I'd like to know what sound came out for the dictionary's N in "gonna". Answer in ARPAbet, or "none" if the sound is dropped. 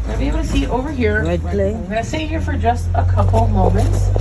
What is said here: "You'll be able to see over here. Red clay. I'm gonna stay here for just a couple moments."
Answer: none